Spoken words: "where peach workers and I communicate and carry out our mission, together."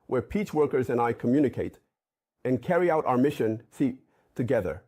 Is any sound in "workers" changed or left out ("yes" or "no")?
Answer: no